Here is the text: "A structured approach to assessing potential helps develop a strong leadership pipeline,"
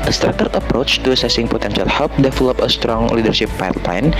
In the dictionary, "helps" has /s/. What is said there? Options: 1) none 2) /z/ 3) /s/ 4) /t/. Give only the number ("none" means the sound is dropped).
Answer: 1